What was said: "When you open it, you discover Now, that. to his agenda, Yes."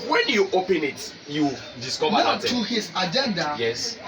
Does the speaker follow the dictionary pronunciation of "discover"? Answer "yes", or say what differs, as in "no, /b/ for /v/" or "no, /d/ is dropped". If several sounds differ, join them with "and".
no, /w/ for /v/